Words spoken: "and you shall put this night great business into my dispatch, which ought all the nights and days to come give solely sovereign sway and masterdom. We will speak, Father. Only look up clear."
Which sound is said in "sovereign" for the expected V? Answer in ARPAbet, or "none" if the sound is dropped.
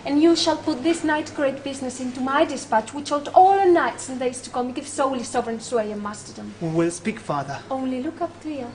V